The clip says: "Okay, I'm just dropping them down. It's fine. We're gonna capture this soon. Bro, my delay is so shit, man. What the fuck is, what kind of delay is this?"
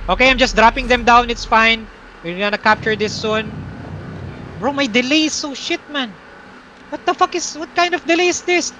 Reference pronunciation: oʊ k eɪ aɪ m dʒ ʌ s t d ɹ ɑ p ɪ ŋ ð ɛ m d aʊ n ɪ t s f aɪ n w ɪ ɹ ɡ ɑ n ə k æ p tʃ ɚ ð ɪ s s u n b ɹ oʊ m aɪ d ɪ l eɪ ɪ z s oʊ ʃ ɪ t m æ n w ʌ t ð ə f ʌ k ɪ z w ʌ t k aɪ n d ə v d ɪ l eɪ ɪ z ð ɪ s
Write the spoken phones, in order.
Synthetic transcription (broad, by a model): oʊ k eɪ aɪ m dʒ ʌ s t d ɹ ɑ p ɪ ŋ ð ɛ m d aʊ n ɪ t s f aɪ n w ɪ ɹ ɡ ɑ n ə k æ p tʃ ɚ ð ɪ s s u n b ɹ oʊ m aɪ d ɪ l eɪ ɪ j s oʊ ʃ ɪ t m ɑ n w ʌ t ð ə f ʌ k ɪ s w ʌ t k aɪ n d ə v d ɪ l eɪ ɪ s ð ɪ s